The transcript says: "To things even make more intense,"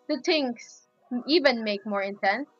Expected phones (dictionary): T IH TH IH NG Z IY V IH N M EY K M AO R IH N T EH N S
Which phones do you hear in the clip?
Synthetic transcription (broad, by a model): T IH T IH NG S IY V IH N M EY K M AO R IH N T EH N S